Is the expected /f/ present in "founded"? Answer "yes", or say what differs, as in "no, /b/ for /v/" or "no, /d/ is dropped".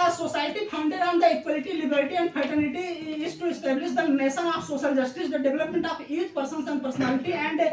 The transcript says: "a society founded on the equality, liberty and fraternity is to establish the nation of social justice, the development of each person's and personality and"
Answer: no, /p/ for /f/